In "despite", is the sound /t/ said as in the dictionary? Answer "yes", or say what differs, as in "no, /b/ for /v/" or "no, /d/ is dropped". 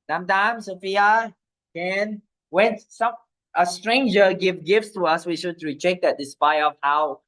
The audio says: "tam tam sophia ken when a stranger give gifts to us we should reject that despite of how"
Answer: no, /t/ is dropped